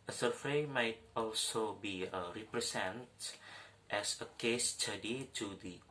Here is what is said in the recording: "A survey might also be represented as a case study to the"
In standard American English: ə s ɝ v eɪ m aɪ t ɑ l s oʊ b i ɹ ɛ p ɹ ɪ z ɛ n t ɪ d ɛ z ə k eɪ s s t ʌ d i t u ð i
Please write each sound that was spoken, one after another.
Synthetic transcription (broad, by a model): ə s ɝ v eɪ m aɪ t ɑ l s oʊ b i ɹ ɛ p ɹ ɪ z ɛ n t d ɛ s ə k eɪ s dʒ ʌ d i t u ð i